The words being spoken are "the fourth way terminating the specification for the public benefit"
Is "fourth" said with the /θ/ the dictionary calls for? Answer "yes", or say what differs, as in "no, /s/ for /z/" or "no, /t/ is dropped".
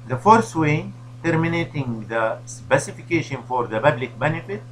no, /t/ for /θ/